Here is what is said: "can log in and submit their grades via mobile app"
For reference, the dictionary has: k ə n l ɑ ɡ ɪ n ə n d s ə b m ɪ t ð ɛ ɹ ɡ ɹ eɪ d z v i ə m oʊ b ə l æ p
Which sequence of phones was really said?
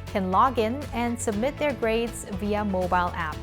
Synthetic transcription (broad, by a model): k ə n l ɑ ɡ ɪ n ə n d s ə b m ɪ t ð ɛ ɹ ɡ ɹ eɪ d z v i ə m oʊ b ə l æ p